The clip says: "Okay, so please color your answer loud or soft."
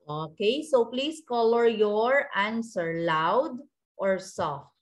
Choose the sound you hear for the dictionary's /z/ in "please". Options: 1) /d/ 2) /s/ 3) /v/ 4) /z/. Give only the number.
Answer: 2